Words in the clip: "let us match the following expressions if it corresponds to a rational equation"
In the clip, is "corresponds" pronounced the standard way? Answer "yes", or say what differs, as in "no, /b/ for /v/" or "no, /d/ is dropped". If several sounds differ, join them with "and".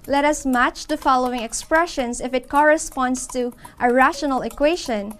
no, /s/ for /z/